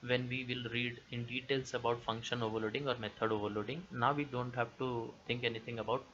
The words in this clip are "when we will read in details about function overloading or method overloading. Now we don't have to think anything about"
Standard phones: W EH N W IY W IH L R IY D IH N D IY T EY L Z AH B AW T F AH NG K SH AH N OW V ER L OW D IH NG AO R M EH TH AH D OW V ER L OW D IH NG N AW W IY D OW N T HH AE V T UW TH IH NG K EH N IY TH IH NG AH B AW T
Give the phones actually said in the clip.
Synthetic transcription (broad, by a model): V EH N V IY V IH L R IY D IH N D IY T EY L S AH B AW T F AH NG K SH AH N OW V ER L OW D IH NG AO R M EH T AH D OW V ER L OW D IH NG N AW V IY D OW N T HH AE V T UW T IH NG K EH N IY T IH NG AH B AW T